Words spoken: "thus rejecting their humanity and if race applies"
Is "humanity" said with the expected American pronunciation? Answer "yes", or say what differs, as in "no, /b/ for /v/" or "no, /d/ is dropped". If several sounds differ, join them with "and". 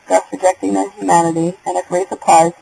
yes